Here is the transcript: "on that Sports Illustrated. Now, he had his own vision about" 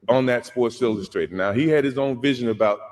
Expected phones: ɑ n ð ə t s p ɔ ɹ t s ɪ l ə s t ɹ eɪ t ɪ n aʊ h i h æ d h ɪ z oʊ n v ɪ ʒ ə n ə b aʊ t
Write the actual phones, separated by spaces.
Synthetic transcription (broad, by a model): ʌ n ð ə t s p ɔ ɹ t s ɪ l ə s t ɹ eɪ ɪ n aʊ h i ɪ d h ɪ z oʊ n v ɪ ʒ ə n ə b aʊ t